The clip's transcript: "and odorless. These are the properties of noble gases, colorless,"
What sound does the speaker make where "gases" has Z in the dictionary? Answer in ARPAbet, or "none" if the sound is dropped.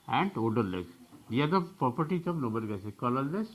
none